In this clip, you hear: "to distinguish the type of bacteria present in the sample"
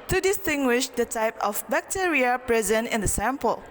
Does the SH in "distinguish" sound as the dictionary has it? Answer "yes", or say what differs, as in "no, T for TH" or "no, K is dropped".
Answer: yes